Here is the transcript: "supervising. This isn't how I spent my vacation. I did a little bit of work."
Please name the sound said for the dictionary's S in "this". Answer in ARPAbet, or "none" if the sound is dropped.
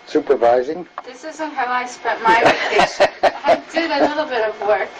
S